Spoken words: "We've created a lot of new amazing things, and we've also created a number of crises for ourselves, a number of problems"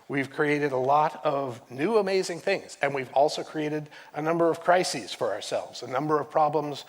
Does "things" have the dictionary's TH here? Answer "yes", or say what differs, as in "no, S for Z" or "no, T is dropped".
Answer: yes